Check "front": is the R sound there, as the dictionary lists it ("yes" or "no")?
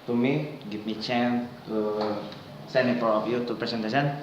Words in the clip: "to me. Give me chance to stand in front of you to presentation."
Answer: no